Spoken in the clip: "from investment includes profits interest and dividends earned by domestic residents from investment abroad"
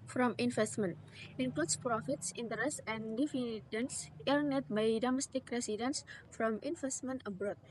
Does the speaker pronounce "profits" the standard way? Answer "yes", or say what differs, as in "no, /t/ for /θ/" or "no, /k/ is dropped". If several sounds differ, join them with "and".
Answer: yes